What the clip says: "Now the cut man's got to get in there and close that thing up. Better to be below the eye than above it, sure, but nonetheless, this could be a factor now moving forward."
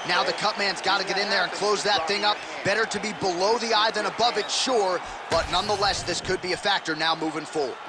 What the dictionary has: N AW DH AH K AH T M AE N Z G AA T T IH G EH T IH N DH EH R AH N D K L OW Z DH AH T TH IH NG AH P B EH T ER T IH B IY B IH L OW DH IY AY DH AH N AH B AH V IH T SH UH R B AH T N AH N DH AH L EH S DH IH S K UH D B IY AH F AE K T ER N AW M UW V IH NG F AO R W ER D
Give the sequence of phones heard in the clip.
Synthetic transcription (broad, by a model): N AW DH AH K AH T M AE N Z G AA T T IH G EH T IH N DH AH R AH N K L OW Z DH AH T TH IH NG AH P B EH T ER T IH B IY B IH L OW DH IY AY DH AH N AH B AH V IH T SH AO R B AH T N AH N DH AH L EH S DH IH S K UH D B IY AH F AE K T ER N AW M UW V IH NG F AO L